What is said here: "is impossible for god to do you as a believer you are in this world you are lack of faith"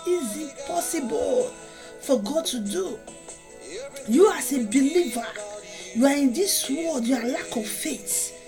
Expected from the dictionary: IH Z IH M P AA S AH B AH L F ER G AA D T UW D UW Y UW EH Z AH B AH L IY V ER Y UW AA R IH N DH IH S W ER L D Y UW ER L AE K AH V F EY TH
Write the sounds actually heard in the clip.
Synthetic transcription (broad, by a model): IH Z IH P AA S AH B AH L F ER G AA D T UW D UW Y UW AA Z AH B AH L IY V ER Y UW AA R IH N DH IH S W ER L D Y UW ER L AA K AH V F EY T